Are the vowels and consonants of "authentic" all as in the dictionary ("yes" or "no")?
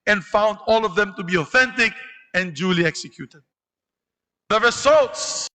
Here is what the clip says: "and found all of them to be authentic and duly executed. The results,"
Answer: yes